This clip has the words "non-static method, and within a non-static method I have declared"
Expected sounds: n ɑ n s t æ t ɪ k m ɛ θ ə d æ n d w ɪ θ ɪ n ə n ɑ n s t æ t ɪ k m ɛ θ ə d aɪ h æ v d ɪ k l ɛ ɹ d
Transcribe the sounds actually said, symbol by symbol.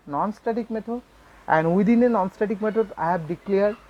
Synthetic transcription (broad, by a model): n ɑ n s t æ t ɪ k m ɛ t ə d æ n d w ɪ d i n ə n ɑ n s t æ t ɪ k m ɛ t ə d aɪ h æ b d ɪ k l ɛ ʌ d